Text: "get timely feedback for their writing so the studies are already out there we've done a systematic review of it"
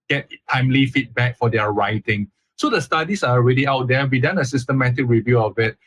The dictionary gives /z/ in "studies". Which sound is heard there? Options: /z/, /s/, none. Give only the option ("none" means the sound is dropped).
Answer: /s/